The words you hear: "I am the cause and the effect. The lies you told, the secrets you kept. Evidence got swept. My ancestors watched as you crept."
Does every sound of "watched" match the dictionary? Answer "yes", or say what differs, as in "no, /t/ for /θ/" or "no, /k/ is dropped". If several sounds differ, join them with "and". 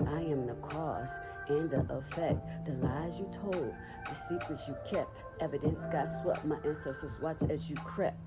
no, /t/ is dropped